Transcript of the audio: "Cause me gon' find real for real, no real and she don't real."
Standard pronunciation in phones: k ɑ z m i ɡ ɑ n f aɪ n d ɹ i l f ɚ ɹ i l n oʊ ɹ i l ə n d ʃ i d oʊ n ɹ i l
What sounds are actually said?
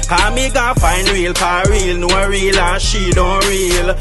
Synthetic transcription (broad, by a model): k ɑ m i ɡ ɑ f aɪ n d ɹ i l p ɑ ɹ i l n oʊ ɹ i l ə ʃ i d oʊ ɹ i l